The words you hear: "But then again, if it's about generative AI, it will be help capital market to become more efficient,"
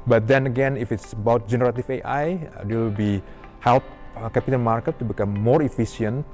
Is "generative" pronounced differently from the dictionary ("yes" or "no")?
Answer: yes